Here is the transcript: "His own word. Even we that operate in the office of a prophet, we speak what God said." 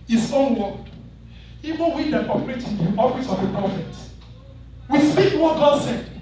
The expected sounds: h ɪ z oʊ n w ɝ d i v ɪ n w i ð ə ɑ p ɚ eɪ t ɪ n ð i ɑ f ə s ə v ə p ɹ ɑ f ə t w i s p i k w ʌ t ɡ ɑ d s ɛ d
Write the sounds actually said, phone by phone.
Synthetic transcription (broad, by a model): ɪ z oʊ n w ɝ i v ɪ w i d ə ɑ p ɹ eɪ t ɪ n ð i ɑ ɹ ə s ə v ə p ɹ ɑ f ə t w i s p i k w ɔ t ɡ ɑ d s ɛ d